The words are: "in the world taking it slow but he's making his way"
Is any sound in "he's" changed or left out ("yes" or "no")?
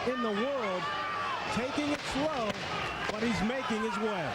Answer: no